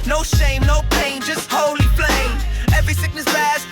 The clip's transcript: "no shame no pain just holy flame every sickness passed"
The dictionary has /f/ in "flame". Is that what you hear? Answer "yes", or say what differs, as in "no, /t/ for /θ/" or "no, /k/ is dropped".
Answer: no, /p/ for /f/